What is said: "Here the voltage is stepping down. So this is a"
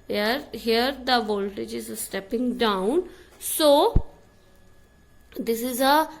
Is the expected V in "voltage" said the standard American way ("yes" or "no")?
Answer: yes